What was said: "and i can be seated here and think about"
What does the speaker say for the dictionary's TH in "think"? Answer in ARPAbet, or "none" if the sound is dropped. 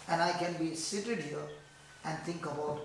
T